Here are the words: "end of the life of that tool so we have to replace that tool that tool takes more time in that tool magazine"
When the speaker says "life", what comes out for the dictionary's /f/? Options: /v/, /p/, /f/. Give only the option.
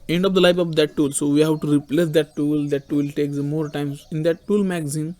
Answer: /p/